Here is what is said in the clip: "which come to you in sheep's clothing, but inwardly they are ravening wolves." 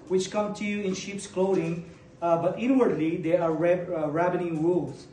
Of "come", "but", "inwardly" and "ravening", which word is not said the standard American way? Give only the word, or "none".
ravening